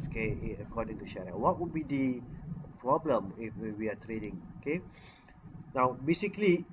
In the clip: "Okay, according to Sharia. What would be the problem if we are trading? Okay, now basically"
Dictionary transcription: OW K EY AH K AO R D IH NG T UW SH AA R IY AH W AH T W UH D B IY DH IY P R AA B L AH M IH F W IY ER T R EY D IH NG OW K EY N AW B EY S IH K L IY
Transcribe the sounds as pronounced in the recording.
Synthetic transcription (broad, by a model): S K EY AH K AO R D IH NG T UW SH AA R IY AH W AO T W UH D B IY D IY P R AA B L AH M IH F W IY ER T R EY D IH NG OW K EY N AW B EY S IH K L IY